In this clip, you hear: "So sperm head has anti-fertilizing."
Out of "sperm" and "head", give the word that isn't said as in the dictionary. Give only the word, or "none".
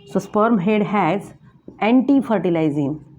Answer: none